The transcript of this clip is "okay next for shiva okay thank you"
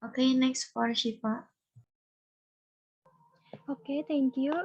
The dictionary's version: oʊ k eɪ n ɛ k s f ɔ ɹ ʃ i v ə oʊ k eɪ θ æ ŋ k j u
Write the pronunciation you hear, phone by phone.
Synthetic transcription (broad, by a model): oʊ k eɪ n ɛ k s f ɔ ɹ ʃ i p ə oʊ k eɪ t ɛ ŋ k j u